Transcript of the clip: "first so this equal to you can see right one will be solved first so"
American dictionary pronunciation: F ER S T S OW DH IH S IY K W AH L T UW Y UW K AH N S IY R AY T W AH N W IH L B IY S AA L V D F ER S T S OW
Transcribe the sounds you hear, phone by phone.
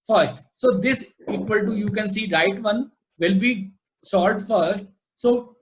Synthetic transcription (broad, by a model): F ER S T S OW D IH S IY K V AH L T UW Y UW K AH N S IY R AY T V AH N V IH L B IY S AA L D F ER S T S OW